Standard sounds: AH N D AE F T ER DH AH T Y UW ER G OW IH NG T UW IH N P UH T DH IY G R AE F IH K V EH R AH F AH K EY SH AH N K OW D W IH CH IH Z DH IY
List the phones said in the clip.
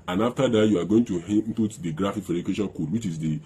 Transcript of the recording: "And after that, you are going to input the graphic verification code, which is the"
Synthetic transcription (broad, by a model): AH N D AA F T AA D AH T Y UW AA G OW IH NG T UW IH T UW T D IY G R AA F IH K F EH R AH AH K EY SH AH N K OW D W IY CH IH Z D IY